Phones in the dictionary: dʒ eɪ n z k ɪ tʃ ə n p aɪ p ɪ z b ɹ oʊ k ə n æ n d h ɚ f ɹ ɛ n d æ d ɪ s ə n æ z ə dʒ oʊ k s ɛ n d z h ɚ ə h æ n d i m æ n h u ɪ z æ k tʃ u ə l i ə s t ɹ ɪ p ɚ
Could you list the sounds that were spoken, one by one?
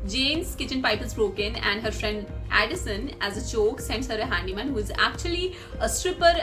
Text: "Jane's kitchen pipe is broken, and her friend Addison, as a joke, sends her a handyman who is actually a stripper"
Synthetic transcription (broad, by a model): dʒ eɪ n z k ɪ tʃ ə n p aɪ p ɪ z b ɹ oʊ k ə n æ n d h ɚ f ɹ ɛ n d æ d ɪ s ə n æ z ə tʃ oʊ k s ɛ n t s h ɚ ə h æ n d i m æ n h u ɪ z æ k tʃ u ə l i ə s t ɹ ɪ p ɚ